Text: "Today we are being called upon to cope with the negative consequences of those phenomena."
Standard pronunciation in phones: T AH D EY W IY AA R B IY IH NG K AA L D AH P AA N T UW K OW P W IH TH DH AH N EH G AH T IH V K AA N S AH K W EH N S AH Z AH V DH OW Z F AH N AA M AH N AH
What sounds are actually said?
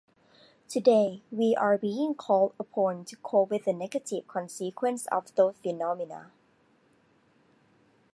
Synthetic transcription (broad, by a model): T AH D EY W IY AA R B IY IH NG K AA L D AH P AA N T UW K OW W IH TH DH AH N EH G AH T IH V K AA N S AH K W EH N S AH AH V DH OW F AH N AA M AH N AH